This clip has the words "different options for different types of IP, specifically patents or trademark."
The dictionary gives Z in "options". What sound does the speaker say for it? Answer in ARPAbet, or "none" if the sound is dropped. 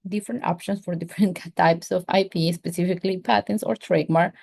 S